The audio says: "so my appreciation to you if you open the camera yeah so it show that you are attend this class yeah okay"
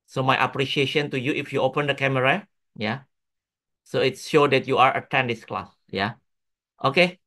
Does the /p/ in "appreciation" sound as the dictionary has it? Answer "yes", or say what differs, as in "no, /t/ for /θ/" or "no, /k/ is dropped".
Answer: yes